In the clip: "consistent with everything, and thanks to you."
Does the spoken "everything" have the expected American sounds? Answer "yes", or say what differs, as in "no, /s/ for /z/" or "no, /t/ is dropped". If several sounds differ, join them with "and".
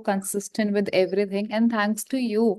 no, /t/ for /θ/